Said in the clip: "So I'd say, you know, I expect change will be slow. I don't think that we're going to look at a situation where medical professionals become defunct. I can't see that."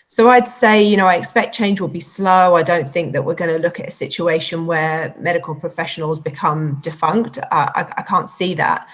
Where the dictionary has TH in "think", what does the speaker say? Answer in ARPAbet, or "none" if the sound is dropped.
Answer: TH